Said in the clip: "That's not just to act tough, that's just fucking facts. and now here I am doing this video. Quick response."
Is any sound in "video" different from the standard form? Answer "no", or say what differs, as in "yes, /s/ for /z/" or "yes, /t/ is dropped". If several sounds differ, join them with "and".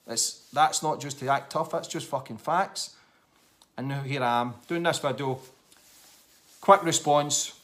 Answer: yes, /b/ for /v/